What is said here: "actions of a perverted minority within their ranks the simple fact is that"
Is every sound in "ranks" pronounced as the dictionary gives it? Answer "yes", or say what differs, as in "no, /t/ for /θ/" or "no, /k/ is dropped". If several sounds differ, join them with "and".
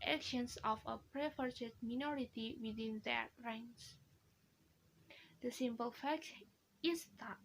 no, /k/ is dropped